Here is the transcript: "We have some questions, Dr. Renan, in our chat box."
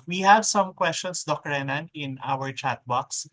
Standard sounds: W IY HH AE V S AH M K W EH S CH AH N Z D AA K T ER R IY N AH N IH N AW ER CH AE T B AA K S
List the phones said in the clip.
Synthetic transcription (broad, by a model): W IY HH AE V S AH M K W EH S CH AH N S D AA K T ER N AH N IH N AW ER CH AE T B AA K S